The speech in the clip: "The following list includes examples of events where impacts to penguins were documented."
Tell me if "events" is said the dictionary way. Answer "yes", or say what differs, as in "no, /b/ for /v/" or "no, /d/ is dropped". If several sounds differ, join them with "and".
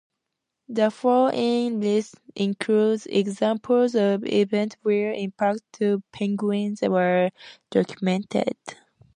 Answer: no, /s/ is dropped